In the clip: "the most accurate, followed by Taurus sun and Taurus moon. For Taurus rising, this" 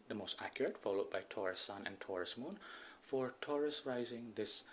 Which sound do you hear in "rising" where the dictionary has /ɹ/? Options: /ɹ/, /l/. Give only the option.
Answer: /ɹ/